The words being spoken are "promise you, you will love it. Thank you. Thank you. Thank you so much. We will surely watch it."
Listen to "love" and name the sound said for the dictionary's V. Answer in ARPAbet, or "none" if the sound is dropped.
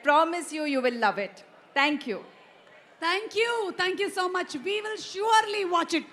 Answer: V